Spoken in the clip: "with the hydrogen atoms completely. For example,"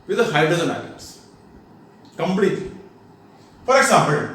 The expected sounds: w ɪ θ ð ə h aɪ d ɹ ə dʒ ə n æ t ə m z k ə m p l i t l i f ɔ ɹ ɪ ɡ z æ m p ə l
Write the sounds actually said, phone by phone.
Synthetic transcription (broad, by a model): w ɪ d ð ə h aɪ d ə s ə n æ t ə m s k ə m p l i t l i f ɔ ɹ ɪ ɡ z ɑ m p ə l